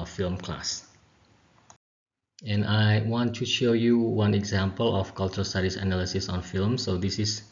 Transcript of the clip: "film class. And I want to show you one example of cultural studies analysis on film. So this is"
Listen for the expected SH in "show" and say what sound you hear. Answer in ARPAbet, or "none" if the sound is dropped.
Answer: SH